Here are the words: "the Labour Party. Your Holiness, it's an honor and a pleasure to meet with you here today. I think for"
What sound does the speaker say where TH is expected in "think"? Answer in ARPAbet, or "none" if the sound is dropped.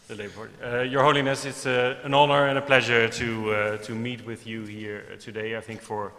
TH